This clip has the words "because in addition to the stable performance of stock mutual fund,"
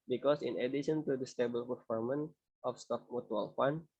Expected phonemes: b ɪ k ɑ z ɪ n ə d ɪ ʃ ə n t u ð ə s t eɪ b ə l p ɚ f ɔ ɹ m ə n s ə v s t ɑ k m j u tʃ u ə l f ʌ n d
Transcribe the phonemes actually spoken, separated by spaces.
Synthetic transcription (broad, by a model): b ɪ k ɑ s ɪ n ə d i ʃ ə n t u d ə s t eɪ b ə l p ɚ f ɔ ɹ m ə n ə f s t ɑ k m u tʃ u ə l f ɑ n